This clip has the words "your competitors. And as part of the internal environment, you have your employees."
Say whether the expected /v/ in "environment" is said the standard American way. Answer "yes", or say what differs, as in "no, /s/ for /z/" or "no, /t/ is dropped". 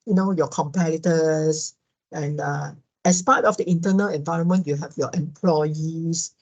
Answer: yes